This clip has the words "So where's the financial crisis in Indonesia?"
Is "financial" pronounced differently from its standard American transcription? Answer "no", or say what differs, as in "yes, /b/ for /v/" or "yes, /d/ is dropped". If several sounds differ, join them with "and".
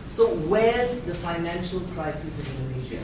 no